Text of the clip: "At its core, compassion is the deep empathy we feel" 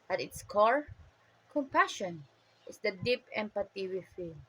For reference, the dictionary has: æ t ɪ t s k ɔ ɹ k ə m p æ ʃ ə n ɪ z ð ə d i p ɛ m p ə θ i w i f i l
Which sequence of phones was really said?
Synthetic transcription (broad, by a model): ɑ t ɪ t s k ɔ ɹ k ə m p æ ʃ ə n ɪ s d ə d i p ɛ m p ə t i w i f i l